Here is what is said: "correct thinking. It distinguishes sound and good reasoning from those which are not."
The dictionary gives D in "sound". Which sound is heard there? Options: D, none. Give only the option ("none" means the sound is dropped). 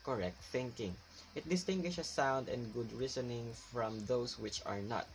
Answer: D